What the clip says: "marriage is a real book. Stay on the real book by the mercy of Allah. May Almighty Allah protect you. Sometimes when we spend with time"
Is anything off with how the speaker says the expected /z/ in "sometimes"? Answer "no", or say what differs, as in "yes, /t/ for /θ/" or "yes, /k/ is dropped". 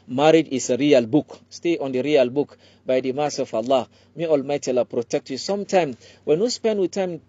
yes, /z/ is dropped